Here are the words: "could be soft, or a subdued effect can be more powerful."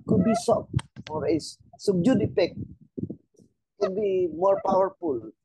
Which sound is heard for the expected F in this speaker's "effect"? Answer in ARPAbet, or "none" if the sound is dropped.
P